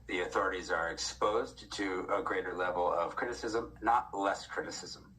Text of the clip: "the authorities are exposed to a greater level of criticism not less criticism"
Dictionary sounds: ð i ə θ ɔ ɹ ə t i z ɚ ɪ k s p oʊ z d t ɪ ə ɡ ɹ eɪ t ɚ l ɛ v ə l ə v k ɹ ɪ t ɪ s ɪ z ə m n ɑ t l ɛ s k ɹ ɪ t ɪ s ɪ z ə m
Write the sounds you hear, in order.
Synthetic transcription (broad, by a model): ð i ə θ ɔ ɹ ə t i z ɚ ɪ k s p oʊ z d t ɪ ə ɡ ɹ eɪ t ɚ l ɛ v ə l ə v k ɹ ɪ t ɪ s ɪ z ə m n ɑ t l ɛ s k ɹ ɪ t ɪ s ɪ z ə m